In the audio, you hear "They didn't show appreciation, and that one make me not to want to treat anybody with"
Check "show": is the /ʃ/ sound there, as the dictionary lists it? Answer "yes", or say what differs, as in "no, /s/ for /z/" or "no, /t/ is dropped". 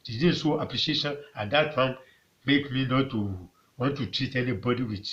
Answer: no, /s/ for /ʃ/